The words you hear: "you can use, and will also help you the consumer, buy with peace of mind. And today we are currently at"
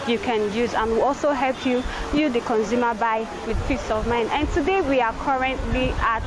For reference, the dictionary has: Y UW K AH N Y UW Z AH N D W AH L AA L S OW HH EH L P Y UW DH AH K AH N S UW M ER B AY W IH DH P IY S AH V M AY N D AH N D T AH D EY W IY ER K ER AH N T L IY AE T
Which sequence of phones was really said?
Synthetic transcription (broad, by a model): Y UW K AH N Y UW Z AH N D W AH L AA L S OW HH EH L P Y UW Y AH K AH N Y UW M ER B AY W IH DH F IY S AH V M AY N AH N T AH D EY W IY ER K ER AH N T L IY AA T